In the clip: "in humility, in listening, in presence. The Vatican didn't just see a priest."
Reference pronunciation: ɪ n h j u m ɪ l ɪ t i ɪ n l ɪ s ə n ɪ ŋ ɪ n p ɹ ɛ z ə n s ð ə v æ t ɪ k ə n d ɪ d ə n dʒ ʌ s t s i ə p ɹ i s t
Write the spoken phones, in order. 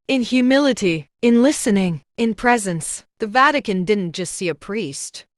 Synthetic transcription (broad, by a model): ɪ n h j u m ɪ l ɪ t i ɪ n l ɪ s ə n ɪ ŋ ɪ n p ɹ ɛ z ə n s ð ə v æ t ɪ k ə n d ɪ d n dʒ ʌ s t s i ə p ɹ i s t